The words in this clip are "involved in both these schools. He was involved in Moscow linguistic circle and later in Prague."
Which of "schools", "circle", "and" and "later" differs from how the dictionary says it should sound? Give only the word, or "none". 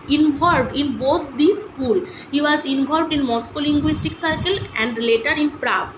schools